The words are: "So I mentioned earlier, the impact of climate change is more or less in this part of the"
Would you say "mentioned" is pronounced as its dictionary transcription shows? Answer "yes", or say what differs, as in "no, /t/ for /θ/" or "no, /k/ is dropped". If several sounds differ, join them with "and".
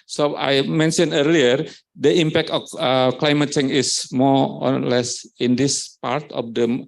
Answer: no, /d/ is dropped